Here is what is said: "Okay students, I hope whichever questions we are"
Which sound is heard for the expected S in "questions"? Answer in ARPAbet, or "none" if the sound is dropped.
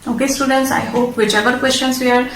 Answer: SH